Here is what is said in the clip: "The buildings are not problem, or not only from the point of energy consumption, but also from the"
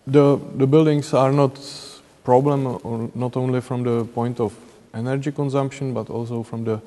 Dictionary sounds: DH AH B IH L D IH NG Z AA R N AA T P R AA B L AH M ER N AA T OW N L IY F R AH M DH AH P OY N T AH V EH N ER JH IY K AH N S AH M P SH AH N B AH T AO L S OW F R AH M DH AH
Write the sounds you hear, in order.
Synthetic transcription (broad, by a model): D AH B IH L D IH NG S AA R N AA T P R AA B L AH M N AA T OW N L IY F R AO M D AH P OY N T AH F EH N ER JH IY K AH N S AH M P SH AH N B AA T AO L S OW F R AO M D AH